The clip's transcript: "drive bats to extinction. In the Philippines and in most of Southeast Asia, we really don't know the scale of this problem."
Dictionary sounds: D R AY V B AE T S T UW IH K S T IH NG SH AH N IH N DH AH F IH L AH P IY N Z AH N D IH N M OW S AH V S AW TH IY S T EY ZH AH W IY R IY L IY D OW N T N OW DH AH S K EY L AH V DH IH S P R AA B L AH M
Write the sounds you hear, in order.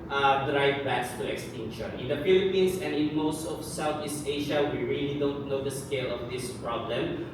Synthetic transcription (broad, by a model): D R AY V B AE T S T UW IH K S T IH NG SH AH N IH N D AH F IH L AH P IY N S AH N D IH N M OW S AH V S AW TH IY S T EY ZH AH W IY R IY L IY D OW N T N OW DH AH S K EY L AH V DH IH S P R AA B L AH M